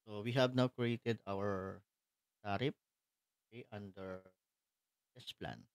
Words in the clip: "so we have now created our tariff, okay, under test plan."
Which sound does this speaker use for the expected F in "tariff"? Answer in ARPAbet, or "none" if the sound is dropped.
P